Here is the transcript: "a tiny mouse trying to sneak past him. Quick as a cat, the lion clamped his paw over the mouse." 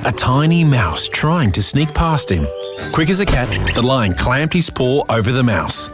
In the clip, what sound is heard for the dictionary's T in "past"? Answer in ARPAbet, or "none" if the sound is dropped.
T